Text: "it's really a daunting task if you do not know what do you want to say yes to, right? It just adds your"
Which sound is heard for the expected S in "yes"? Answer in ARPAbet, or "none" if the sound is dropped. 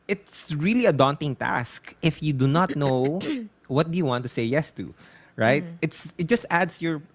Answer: S